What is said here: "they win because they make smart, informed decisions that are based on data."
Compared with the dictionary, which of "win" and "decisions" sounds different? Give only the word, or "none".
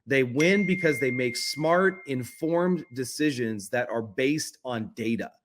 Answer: none